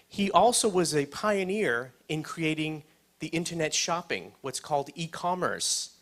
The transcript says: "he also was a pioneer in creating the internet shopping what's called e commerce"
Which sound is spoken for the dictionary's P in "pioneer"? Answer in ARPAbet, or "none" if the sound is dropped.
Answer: P